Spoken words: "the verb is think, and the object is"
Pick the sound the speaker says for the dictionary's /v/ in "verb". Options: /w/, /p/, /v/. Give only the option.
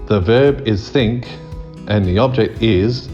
/v/